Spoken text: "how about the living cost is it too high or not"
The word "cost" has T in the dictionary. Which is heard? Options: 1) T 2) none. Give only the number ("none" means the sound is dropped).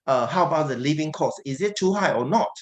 2